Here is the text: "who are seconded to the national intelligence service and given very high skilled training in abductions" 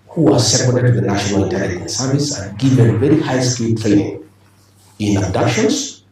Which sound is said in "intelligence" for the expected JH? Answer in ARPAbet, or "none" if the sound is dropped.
none